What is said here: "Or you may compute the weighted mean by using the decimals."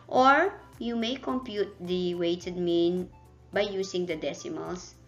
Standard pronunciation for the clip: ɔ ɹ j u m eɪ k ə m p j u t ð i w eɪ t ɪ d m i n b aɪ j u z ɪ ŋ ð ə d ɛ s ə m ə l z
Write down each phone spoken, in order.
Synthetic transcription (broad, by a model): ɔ ɹ j u m eɪ k ə m p j u t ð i w eɪ t ɪ d m i n b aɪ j u s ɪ ŋ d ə d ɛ s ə m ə l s